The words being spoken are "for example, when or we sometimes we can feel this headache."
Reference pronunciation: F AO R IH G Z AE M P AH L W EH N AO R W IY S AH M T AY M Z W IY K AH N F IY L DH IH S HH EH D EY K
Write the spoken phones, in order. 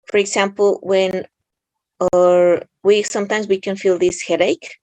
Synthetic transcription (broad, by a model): F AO R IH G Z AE M P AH L W EH N AO R W IY S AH M T AY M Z W IY K AH N F IY L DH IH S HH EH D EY K